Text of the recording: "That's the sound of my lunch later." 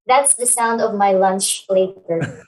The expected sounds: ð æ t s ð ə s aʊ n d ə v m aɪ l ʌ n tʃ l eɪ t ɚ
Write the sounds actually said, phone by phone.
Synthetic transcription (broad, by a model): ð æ t s ð ə s aʊ n d ə v m aɪ l ʌ n tʃ l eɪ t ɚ